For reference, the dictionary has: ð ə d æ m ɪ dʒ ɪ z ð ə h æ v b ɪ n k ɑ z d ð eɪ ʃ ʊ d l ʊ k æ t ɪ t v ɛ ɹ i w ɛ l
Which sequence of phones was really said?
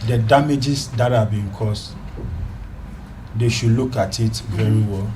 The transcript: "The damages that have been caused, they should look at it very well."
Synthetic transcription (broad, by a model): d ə d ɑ m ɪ dʒ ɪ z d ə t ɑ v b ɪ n k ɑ s d eɪ ʃ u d l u k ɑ t ɪ t v ɛ ɹ i w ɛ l